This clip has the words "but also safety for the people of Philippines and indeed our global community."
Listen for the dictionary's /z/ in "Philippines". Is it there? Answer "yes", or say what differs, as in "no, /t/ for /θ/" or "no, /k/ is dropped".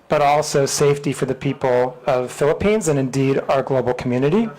yes